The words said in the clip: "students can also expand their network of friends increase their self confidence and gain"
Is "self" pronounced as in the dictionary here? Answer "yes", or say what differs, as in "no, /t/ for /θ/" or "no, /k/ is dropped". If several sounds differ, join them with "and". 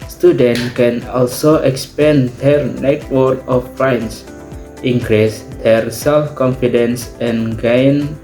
yes